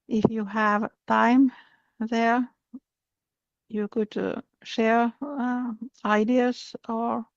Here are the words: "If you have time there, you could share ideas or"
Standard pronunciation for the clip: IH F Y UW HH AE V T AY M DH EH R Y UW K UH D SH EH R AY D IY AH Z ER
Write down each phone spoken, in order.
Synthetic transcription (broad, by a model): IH F Y UW HH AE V T AY M DH EH R Y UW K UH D SH EH R AY D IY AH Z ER